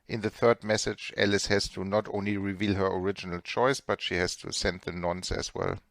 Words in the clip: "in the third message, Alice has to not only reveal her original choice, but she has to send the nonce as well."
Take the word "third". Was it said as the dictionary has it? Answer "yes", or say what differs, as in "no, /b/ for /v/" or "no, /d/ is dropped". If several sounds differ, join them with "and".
yes